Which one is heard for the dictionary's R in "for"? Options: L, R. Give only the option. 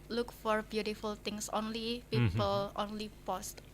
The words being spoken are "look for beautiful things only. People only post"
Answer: R